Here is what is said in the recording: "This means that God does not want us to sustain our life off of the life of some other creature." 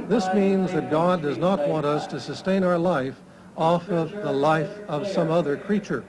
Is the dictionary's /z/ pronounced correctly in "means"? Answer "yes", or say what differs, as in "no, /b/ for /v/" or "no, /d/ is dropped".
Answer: yes